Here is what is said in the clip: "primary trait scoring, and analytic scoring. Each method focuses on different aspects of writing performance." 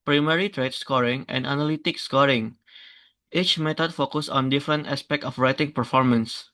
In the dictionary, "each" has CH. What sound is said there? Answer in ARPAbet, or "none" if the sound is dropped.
CH